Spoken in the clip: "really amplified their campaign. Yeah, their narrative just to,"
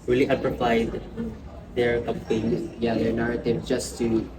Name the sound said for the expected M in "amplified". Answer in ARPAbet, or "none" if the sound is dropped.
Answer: none